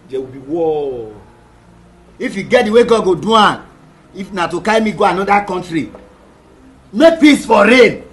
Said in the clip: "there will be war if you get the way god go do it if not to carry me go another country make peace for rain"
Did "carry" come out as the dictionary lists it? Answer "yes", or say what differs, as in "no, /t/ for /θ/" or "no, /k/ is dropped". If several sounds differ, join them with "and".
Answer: no, /ɹ/ is dropped